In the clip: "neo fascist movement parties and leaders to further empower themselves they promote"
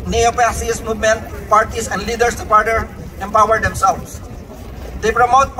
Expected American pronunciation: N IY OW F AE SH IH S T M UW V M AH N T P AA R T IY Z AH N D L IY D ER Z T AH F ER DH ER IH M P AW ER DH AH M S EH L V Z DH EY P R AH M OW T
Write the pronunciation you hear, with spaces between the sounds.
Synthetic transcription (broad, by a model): N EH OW P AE S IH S M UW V M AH N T P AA R T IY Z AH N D L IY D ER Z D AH P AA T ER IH M P AW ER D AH M S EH L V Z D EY P R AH M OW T